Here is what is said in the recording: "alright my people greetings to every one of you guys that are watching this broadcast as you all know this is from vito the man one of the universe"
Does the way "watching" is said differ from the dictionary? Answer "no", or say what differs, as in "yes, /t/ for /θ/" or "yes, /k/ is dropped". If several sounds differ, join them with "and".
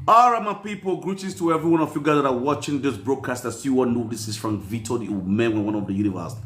no